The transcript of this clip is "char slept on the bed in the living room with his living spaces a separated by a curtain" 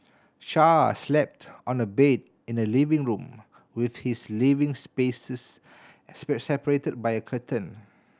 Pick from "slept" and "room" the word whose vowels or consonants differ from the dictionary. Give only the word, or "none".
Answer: none